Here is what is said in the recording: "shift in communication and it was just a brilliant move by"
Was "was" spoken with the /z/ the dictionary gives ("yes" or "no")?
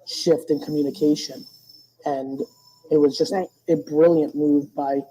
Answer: yes